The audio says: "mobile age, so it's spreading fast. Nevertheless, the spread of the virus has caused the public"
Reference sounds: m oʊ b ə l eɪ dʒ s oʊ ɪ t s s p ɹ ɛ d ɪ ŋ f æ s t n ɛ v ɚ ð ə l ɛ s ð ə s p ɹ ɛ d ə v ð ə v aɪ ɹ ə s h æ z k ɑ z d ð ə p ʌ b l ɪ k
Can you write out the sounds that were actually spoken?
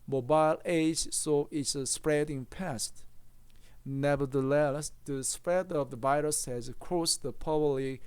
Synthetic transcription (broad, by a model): m oʊ b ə l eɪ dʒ s oʊ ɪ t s s p ɹ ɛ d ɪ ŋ p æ s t n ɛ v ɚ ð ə l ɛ s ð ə s p ɹ ɛ d ə v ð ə v aɪ ɹ ə s h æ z k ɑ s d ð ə p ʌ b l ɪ